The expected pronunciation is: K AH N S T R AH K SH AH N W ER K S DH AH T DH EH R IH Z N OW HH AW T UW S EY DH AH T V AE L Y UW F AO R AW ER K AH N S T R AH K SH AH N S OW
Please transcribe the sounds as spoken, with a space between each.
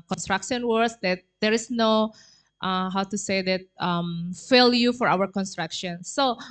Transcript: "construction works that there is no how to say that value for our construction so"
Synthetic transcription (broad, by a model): K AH N S T R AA K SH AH N W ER S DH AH T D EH R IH S N OW HH AW T UW S EY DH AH T F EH L Y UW F AO R AW ER K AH N S T R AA K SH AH N S OW